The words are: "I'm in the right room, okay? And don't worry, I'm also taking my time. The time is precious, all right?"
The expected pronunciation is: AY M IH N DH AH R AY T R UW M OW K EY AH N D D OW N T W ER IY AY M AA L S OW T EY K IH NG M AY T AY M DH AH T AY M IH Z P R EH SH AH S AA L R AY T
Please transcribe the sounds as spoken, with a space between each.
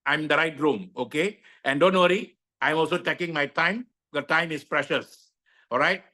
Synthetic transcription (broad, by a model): AY M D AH R AY T R UW M OW K EY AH N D D OW N T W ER IY AY M AA L S OW T EY K IH NG M AY T AY M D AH T AY M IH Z P R EH SH AH S AA L R AY T